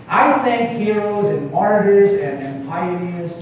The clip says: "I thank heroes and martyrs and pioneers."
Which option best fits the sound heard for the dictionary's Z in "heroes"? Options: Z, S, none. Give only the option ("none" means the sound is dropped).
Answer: Z